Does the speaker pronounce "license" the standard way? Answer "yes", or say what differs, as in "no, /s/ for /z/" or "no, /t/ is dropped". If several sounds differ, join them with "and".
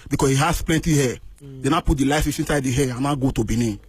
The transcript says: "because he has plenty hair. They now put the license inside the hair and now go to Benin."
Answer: no, /n/ is dropped